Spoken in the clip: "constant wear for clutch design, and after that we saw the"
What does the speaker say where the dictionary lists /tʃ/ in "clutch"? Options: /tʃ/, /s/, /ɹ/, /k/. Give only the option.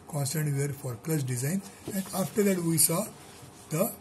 /s/